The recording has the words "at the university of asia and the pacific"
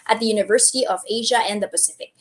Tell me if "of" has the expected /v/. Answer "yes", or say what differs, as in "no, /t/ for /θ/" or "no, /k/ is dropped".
yes